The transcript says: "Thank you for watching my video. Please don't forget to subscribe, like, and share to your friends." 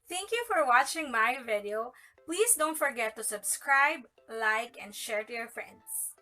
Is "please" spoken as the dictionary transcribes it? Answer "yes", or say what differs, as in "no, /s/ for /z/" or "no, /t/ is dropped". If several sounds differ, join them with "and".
no, /s/ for /z/